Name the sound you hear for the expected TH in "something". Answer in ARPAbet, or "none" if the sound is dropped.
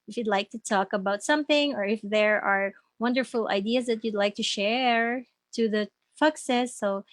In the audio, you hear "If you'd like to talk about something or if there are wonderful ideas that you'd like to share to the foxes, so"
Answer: TH